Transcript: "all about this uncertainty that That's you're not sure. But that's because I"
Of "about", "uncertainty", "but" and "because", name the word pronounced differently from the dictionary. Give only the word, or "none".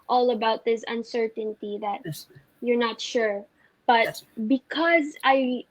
none